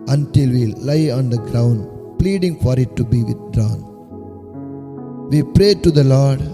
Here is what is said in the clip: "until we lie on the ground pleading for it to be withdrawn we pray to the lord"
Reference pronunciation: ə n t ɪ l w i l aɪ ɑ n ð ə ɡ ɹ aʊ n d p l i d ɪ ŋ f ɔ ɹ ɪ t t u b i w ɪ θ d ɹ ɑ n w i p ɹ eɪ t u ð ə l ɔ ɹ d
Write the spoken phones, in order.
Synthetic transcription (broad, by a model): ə n t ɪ l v i l aɪ ɑ n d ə ɡ ɹ aʊ n d p l i d ɪ ŋ f ɔ ɹ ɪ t t u b i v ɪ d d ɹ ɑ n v i p ɹ eɪ t u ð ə l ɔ ɹ d